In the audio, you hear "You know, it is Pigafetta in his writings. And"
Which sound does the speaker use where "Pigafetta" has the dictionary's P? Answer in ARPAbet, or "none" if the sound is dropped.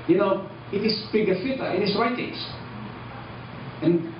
B